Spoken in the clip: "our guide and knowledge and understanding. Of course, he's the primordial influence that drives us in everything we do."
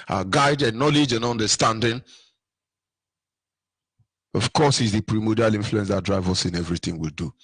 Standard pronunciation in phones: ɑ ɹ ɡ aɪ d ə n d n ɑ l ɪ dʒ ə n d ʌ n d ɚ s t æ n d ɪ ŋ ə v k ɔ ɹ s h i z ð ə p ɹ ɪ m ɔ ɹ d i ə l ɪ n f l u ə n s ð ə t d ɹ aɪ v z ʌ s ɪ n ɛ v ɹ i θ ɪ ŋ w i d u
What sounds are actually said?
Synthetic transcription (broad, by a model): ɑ ɡ aɪ d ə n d n ɑ l ɪ dʒ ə n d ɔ n d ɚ s t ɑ n d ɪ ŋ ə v k ɔ s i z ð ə p ɹ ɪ m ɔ d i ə l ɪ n f l u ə n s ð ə t d ɹ aɪ v ʌ s ɪ n ɛ v ɹ i θ ɪ ŋ w i d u